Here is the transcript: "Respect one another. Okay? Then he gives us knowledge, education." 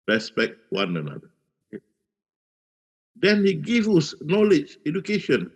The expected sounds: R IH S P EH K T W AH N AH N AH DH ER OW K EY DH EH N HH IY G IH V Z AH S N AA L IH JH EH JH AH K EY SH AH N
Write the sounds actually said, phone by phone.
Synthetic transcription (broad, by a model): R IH S P EH K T W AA N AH N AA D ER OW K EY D EH N HH IY G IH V AH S N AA L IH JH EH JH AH K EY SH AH N